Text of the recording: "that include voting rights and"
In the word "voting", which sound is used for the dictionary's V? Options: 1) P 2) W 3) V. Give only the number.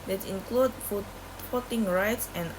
1